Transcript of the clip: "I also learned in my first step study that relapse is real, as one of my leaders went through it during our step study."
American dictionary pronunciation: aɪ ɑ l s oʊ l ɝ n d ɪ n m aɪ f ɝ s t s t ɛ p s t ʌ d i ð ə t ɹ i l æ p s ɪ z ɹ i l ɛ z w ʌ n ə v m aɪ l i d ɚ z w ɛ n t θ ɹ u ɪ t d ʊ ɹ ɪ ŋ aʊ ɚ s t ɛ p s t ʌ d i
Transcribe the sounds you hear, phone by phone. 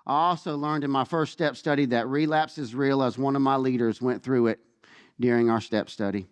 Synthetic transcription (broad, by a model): aɪ ɑ l s oʊ l ɝ n d ɪ n m aɪ f ɝ s t s t ɛ p s t ʌ d i ð ə t ɹ i l æ p s ɪ z ɹ i l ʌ z w ʌ n ə v m aɪ l i d ɚ z w ɛ n θ ɹ u ɪ t d ʊ ɹ ɪ ŋ aʊ ɚ s t ɛ p s t ʌ d i